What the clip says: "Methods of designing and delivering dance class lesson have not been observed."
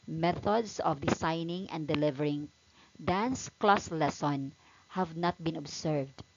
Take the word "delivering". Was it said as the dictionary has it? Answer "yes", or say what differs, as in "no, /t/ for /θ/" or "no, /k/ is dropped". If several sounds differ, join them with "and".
yes